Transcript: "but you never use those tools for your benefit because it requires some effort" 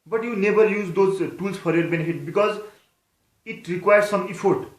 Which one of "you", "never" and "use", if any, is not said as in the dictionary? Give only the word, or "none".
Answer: never